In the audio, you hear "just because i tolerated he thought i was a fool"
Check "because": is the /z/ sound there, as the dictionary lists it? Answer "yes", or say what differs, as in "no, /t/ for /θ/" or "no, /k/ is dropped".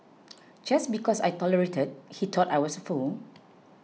no, /s/ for /z/